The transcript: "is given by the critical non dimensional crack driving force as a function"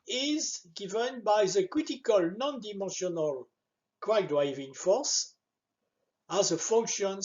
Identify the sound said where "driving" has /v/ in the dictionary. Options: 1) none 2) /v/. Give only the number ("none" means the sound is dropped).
2